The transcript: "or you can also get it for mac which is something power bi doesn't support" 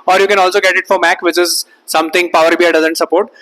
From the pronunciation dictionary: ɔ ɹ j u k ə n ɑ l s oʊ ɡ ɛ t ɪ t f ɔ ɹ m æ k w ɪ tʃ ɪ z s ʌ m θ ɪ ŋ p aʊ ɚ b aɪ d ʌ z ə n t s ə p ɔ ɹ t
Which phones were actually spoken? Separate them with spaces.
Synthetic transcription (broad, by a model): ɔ ɹ j u k ə n ɑ l s oʊ ɡ ɛ t ɪ t f ɔ ɹ m æ k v ɪ tʃ ɪ z s ʌ m t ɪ ŋ p aʊ ɚ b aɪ d ʌ z ə n t s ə p ɔ ɹ t